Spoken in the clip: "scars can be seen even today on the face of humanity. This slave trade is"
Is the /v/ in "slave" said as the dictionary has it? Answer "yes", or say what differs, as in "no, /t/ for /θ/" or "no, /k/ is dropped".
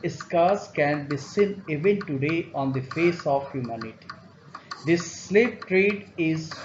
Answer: no, /p/ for /v/